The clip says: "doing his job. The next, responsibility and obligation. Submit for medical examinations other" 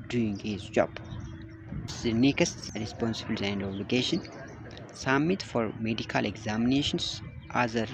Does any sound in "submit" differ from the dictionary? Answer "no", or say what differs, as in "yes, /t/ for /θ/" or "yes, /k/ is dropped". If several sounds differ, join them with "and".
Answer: yes, /b/ is dropped